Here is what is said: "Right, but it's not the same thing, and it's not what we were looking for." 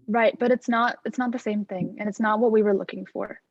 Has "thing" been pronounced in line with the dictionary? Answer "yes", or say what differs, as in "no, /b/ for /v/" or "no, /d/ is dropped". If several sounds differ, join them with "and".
yes